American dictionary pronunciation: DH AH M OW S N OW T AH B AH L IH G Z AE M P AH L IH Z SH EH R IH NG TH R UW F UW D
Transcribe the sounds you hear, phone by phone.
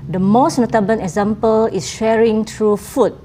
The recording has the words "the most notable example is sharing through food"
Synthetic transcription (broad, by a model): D AH M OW S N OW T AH B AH N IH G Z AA M P AH L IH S SH EH R IH NG T R UW F UW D